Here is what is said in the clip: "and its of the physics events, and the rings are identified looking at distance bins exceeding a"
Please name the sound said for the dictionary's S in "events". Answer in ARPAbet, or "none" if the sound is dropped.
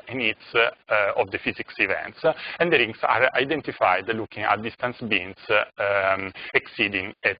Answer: S